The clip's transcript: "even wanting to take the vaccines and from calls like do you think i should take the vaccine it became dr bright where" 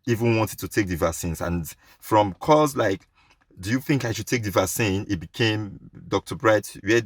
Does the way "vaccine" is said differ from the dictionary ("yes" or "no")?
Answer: yes